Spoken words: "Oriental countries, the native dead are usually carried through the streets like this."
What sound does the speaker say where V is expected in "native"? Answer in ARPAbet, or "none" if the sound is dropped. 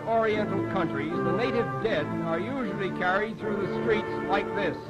V